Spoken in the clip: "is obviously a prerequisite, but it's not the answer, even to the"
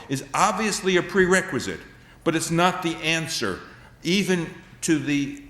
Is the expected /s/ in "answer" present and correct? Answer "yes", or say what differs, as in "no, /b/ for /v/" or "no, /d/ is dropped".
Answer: yes